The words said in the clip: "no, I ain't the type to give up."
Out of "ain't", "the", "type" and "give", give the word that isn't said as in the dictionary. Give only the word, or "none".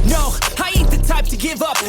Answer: ain't